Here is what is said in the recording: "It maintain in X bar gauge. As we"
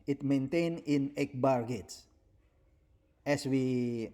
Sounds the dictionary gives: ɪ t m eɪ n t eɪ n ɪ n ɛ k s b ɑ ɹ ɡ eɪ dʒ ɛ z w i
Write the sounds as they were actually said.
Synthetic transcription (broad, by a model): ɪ t m eɪ n t eɪ n ɪ n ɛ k b ɑ ɹ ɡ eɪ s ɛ s w i